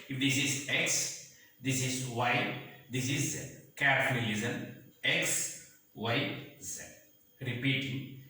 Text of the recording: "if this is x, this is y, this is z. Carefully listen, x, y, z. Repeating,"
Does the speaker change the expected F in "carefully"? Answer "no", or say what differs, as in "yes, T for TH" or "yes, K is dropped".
yes, F is dropped